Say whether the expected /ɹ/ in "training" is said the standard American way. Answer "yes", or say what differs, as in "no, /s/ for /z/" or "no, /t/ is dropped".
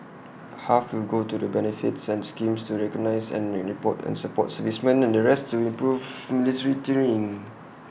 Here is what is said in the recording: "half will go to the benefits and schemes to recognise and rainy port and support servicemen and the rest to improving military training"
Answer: no, /ɹ/ is dropped